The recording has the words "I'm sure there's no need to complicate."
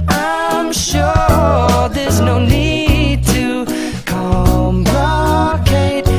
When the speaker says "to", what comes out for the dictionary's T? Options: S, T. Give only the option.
T